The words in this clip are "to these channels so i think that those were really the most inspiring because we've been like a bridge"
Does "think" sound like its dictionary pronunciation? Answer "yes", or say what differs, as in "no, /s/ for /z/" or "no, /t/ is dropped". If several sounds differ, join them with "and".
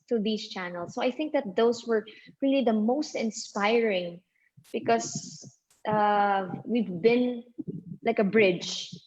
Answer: yes